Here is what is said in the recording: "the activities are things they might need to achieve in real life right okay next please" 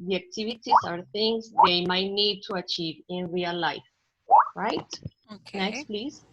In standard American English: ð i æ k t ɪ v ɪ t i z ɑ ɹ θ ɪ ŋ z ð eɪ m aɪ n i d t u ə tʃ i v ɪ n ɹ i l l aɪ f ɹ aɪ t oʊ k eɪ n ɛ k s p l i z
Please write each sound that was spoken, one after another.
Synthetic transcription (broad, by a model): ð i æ k t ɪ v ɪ t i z ɑ ɹ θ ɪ ŋ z ð eɪ m aɪ n i d t u ə tʃ i v ɪ n ɹ i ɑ l aɪ f ɹ aɪ t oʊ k n ɛ k s p l i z